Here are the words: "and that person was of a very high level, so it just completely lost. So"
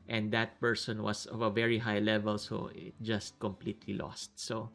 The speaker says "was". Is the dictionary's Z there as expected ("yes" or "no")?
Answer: no